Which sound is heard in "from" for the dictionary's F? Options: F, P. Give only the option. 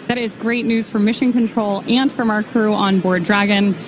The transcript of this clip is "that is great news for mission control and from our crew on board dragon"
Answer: F